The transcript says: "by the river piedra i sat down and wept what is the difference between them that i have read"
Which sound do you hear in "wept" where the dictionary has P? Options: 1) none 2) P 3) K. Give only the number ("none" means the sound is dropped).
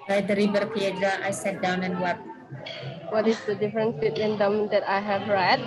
1